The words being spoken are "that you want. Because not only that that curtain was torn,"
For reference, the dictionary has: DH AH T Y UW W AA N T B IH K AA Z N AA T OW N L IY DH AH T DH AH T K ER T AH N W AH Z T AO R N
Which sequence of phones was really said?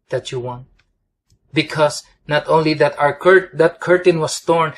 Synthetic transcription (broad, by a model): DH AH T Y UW W AA N T B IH K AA S N AA T OW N L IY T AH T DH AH T K ER T AH N W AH S T AO R N